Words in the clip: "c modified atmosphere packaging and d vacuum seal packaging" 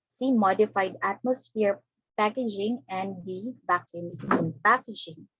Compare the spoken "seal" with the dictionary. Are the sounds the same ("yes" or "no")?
no